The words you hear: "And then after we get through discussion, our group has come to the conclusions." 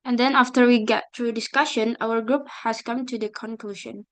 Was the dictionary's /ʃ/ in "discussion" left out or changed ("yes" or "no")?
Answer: no